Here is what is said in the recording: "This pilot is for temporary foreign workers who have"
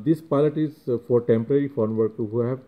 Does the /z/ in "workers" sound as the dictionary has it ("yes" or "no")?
no